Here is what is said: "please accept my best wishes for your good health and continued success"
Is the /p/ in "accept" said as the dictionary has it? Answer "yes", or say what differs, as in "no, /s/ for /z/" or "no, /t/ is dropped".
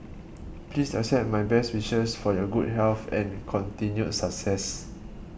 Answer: no, /p/ is dropped